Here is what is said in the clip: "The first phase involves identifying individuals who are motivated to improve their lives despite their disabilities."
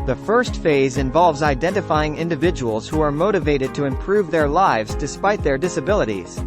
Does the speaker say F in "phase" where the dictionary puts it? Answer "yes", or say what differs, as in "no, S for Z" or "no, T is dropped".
yes